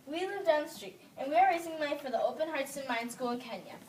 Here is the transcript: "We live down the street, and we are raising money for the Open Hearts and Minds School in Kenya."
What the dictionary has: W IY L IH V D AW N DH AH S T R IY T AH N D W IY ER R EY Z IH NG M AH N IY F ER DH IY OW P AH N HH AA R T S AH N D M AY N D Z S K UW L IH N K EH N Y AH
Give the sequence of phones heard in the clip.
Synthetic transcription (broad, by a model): W IY L IH V D AW N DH S T R IY T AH N W IY ER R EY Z IH NG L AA IY F ER DH IY OW P AH N HH AA R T S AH N M AY N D S K UW L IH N K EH N Y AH